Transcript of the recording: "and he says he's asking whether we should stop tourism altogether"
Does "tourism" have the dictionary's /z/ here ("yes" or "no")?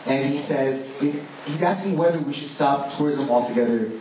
yes